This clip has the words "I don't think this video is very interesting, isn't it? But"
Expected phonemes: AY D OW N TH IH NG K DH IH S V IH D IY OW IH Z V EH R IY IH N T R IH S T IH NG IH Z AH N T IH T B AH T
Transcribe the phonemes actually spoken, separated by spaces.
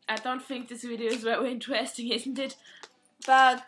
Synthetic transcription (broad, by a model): AY D OW N TH IH NG K DH IH S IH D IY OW IH Z W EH W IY IH N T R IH S T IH NG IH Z N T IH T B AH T